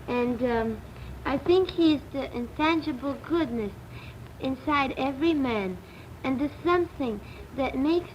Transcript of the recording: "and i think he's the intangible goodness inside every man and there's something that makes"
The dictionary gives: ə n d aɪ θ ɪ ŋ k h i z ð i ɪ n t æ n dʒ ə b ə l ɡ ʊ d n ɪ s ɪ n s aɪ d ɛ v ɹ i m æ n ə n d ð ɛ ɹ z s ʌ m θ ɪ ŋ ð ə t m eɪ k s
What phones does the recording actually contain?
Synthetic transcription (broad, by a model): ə n d aɪ θ ɪ ŋ k h i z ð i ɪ n t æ n dʒ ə b l ɡ ʊ d n ɪ s ɪ n s aɪ d ɛ v ɹ i m æ n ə n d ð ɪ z s ʌ m θ ɪ ŋ ð ə t m eɪ k s